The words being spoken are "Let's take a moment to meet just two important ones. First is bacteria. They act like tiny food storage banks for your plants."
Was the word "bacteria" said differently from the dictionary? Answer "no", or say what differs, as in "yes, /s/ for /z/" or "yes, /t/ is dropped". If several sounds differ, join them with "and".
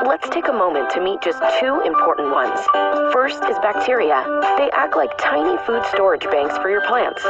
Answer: no